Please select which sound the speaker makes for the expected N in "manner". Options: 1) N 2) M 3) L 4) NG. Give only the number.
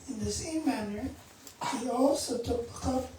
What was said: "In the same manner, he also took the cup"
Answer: 1